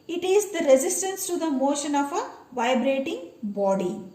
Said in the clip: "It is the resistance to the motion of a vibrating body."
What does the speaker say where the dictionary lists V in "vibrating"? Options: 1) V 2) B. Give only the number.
1